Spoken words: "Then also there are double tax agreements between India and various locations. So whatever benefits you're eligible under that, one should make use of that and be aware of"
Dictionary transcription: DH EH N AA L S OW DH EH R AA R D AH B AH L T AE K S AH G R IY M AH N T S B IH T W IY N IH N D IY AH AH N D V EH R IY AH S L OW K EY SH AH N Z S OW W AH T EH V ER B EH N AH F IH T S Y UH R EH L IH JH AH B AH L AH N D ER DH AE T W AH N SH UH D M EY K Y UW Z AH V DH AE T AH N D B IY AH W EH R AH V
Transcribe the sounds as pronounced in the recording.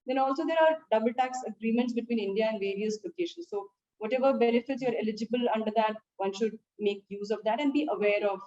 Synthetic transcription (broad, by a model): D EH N AA L S OW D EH R AA R D AH B AH L T AE K S AH G R IY M AH N T S B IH T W IY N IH N D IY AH AH N D V EH R IY AH S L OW K EY SH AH N S OW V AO T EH V ER B EH N AH F IH T S Y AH R EH L IH JH AH B AH L AH N D ER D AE T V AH N SH UH D M EY K Y UW Z AH V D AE T AH N D B IY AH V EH R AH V